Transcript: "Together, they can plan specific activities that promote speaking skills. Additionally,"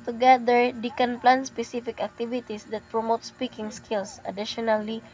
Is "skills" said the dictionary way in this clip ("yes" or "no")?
no